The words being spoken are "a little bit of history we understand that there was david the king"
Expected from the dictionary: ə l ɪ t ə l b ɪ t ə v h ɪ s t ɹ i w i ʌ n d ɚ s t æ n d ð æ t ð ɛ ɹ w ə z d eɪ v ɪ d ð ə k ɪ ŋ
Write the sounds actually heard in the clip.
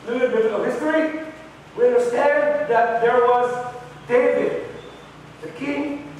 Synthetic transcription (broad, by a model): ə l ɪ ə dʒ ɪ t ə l h ɪ s t ɹ i w i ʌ n d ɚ s t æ n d ð æ t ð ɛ ɹ w ə z d eɪ v ɪ d ð ə k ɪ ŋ